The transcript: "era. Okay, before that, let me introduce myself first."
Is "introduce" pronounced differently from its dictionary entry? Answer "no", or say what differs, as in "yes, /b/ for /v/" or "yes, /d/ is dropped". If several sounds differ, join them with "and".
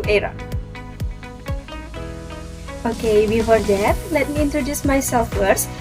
no